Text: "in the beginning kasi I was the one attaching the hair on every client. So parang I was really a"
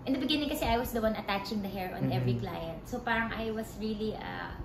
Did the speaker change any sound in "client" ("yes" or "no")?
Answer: no